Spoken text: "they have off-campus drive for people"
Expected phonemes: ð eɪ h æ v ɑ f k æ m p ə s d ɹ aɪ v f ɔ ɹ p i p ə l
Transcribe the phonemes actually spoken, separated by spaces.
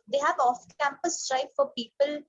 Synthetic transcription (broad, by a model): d eɪ h æ v ɑ f k æ m p ə s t ɹ aɪ p f ɔ ɹ p i p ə l